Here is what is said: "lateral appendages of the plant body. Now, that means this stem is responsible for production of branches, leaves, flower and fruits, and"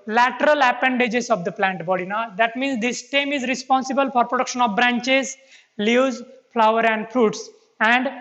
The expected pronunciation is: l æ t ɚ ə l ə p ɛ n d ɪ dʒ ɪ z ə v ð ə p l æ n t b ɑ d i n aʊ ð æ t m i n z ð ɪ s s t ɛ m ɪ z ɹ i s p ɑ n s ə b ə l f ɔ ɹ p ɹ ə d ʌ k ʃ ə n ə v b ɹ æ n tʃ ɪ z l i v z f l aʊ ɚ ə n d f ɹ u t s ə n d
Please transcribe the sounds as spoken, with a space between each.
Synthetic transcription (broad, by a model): l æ t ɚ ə l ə p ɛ n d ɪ dʒ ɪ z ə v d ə p l æ n t b ɑ d i n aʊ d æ t m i n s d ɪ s s t ɛ m ɪ z ɹ i s p ɑ n s ə b ə l f ɔ ɹ p ɹ ə d ʌ k ʃ ə n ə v b ɹ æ n tʃ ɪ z l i z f l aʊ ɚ ə n d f ɹ u t s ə n d